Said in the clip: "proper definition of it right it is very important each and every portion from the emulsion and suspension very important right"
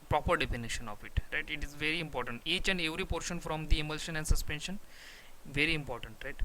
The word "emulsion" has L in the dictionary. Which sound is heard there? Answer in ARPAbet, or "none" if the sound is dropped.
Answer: L